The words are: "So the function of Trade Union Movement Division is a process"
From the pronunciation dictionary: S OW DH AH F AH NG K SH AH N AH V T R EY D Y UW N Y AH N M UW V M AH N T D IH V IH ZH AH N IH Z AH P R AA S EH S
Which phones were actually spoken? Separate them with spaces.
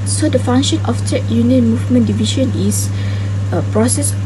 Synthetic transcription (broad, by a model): S OW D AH F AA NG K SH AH N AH F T EY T Y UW N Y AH N M UW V M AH N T D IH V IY SH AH N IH S AH P R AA S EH S